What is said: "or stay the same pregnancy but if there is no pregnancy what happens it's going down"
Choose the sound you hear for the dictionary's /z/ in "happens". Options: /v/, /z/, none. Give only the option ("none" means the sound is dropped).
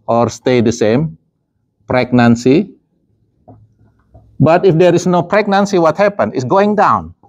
none